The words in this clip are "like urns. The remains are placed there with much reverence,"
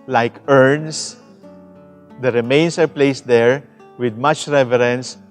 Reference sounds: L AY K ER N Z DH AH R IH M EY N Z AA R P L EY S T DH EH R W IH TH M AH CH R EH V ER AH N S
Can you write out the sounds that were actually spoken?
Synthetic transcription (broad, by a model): L AY K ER N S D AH R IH M EY N S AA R P L EY S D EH R W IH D M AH CH R EH V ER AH N S